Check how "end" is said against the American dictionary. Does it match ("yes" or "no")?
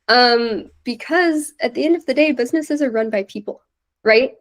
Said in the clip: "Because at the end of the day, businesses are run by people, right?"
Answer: yes